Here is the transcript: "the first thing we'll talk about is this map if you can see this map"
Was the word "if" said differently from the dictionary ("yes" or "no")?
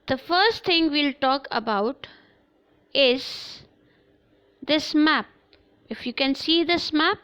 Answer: no